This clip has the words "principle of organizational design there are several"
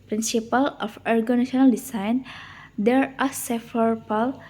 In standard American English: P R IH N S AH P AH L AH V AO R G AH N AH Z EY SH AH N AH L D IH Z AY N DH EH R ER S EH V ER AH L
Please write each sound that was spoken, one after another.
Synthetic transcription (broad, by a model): P R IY N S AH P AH L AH F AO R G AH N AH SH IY AH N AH L D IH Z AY N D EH R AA S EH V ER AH L